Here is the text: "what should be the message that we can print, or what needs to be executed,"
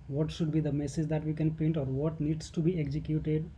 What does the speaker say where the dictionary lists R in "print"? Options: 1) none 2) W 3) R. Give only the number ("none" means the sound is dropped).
1